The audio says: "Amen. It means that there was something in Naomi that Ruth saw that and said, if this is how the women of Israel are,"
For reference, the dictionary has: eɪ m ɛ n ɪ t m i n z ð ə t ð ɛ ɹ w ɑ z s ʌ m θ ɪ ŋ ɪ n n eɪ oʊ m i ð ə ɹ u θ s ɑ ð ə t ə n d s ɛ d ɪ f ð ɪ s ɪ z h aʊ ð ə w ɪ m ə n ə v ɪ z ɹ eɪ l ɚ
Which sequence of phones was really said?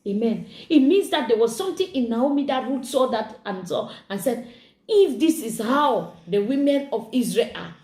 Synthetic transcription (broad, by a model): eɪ m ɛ n ɪ t m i n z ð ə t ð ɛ w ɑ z s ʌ m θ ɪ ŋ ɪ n n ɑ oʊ m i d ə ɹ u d s ɑ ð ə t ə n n s ɛ d ɪ f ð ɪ s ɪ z h aʊ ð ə w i m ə n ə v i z ɹ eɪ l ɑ